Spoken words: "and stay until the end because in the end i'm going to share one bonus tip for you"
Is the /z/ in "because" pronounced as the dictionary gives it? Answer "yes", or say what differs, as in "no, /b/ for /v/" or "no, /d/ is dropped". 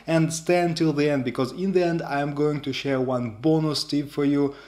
yes